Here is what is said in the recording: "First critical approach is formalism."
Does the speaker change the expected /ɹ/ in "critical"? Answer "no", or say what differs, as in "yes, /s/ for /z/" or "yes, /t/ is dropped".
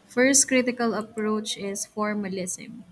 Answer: no